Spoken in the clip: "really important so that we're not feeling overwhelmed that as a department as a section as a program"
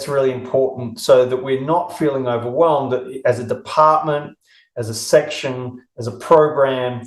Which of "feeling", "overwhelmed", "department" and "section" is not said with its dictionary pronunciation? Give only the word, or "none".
none